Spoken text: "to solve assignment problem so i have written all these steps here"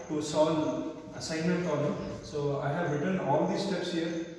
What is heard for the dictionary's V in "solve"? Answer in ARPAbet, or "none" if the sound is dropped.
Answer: none